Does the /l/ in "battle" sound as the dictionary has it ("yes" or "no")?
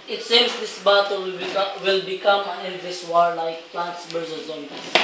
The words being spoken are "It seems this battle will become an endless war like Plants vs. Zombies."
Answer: no